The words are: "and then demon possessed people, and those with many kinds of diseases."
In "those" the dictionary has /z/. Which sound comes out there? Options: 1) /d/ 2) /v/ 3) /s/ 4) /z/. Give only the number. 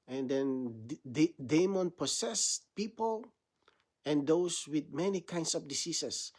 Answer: 3